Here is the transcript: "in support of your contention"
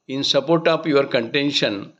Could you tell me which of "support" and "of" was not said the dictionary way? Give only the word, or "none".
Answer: of